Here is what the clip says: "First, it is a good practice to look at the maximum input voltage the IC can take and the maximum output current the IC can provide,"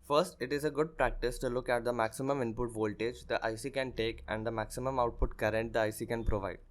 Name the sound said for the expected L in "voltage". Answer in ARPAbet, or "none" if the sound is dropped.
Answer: L